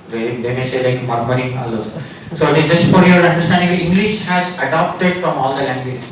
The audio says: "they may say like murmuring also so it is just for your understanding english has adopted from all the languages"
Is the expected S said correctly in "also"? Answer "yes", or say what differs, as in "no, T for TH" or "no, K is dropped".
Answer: no, S is dropped